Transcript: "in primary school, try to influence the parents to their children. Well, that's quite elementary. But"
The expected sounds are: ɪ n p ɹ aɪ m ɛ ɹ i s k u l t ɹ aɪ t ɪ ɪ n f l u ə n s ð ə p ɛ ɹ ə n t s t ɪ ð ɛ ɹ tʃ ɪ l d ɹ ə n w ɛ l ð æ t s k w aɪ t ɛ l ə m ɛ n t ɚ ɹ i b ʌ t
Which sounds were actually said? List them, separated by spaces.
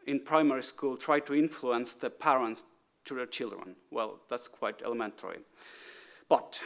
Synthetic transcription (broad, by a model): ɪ n p ɹ aɪ m ɛ ɹ i s k u l t ɹ aɪ t ɪ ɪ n f l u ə n s ð ə p ɛ ɹ ə n t s t ɪ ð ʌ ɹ tʃ ɪ l d ɹ ə n w ɛ l ð æ t s k w aɪ t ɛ l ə m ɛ n t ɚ ɹ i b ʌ t